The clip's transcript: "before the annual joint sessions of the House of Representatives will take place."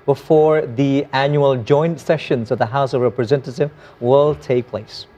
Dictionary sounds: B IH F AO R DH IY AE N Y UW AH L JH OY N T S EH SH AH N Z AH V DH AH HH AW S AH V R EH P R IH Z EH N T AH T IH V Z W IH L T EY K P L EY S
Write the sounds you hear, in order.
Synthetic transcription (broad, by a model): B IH F AO R DH IY AE N Y UW AH L JH OY N T S EH SH AH N Z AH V DH AH HH AW S AH V R EH P R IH Z EH N T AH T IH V W IH L T EY K P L EY S